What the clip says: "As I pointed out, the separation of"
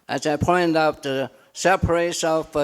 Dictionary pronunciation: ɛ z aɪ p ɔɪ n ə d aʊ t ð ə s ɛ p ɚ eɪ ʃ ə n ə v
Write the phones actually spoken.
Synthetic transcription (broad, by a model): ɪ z aɪ p ɔɪ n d aʊ t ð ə s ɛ p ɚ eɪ ə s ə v